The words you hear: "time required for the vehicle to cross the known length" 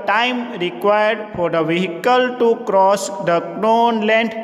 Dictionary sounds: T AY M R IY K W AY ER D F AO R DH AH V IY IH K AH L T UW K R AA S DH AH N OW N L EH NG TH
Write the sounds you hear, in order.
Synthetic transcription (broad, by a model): T AY M R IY K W AY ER D F AO R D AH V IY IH K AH L T UW K R AA S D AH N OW N L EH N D